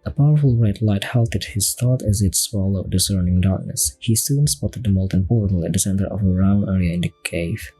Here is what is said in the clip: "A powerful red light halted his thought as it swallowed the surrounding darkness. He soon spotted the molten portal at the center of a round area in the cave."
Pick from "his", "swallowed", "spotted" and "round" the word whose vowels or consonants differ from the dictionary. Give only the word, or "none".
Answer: round